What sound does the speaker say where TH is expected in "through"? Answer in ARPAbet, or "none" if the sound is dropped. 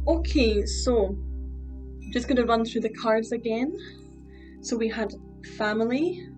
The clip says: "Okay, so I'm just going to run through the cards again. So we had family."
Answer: TH